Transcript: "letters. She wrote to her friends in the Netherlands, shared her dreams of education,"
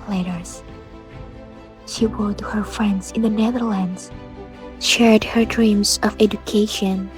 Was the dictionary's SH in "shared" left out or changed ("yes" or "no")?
no